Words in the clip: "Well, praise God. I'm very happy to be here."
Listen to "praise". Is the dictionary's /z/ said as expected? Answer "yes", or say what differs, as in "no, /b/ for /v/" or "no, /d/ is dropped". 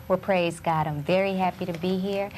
yes